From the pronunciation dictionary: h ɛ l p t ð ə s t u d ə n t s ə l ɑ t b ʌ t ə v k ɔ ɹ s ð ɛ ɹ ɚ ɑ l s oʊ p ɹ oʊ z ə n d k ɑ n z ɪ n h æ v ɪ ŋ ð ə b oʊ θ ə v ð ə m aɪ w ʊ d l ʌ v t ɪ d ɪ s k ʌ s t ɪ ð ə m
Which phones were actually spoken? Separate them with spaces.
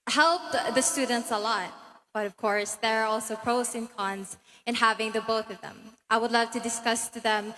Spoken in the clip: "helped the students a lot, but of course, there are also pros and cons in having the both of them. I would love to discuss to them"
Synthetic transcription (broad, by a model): h ɛ l p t ð ə s t u d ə n t s ə l ɑ t b ʌ t ə v k ɔ ɹ s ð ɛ ɹ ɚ ɑ l s oʊ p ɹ oʊ s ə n k ɑ n z ɪ n h æ v ɪ ŋ ð ə b oʊ θ ə v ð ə m aɪ w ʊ d l ʌ v t ɪ d ɪ s k ʌ s t ɪ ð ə m